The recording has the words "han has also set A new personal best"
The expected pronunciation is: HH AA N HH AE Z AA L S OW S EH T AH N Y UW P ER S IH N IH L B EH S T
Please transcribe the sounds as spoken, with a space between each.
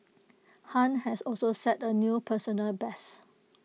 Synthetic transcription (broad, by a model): HH AA N HH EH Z AA L S OW S EH T AH N Y UW P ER S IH N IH L B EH S